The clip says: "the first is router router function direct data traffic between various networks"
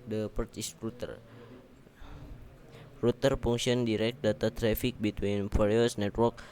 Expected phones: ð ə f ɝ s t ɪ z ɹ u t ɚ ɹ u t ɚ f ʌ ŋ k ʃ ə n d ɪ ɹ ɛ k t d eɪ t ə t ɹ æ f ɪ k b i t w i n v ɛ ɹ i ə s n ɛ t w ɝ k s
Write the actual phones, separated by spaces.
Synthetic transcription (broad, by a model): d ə p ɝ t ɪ s ɹ u t ɚ ɹ u t ɚ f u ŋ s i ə n d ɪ ɹ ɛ k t d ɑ t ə t ɹ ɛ f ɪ k b i t w i n p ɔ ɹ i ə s n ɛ t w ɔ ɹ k